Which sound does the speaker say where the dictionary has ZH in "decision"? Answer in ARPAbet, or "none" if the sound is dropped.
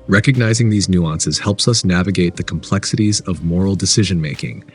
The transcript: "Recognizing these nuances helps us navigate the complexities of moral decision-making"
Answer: ZH